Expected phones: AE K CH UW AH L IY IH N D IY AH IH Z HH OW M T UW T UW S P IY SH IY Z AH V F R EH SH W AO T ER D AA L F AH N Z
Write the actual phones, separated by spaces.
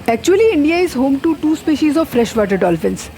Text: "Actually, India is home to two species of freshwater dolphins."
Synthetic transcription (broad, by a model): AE K CH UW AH L IY IH N D IY AH IH Z HH OW M T UW T UW S P IY SH IY Z AH V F R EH SH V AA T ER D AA L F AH N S